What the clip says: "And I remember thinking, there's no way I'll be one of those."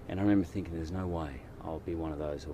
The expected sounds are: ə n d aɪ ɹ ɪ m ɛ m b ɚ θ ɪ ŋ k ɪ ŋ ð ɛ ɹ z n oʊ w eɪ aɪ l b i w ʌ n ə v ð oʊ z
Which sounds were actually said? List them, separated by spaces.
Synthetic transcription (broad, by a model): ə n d aɪ ɹ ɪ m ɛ m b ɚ θ ɪ ŋ k ɪ ŋ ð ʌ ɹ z n oʊ w eɪ aɪ l b i w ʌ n ə v ð oʊ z